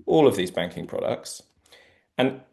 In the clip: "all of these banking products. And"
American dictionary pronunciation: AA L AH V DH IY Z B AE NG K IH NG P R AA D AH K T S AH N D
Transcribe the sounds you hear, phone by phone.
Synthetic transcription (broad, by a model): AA L AH V DH IY Z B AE NG K IH NG P R AA D AH K T S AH N